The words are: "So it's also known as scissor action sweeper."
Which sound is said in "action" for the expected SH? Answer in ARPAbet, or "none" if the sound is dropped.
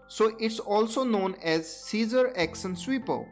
S